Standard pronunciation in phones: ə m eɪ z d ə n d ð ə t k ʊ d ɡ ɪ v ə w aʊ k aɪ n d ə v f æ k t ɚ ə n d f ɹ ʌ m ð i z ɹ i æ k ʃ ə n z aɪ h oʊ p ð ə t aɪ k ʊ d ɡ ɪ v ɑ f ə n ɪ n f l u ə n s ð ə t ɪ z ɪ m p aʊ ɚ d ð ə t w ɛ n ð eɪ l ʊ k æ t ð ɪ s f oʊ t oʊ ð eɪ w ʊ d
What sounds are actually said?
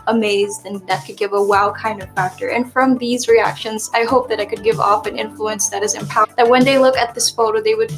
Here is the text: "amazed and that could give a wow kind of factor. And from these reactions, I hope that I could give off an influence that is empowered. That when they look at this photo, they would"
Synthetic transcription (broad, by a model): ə m eɪ z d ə n ð ə t k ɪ d ɡ ɪ v ə w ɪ k aɪ n d ə v f æ k t ɚ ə n f ɹ ʌ m ð i z ɹ i æ k ʃ ə n z aɪ h oʊ p ð ə t aɪ k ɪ d ɡ ɪ v ɑ f ə n ɪ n f l u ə n s ð ə t ɪ z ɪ m p aʊ ð ə t w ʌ n ð eɪ l ʊ k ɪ t ð ɪ s f oʊ t oʊ ð eɪ w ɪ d